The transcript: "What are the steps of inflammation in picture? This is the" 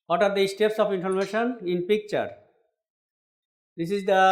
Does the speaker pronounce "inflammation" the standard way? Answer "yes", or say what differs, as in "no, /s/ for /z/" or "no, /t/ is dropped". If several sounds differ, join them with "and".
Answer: no, /l/ is dropped